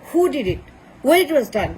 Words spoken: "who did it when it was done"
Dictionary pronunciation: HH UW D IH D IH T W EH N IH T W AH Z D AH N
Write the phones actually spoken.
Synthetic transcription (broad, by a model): HH UW D IH D IH T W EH IH T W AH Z D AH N